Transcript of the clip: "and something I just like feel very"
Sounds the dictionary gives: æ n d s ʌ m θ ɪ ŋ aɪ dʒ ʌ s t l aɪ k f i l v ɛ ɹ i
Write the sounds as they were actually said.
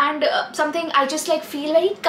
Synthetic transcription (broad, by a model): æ n d s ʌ m t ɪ ŋ aɪ dʒ ʌ s t l aɪ k f i l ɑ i